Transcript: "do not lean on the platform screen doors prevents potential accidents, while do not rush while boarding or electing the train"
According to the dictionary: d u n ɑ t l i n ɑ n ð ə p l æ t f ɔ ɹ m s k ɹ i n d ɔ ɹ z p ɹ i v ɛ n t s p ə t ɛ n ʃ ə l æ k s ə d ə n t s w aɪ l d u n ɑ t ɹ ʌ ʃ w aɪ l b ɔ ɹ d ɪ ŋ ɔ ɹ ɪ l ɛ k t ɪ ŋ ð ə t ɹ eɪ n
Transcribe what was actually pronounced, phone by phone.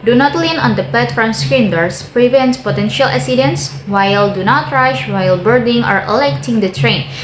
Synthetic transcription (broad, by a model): d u n ɑ t l i n ɑ n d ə p l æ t f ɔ ɹ m s k ɹ i n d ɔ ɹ s p ɹ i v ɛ n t p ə t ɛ n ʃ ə l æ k s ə d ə n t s w aɪ l d u n ɑ t ɹ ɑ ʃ w aɪ l b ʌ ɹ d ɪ ŋ ɔ ɹ ɪ l ɛ k t ɪ ŋ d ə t ɹ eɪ n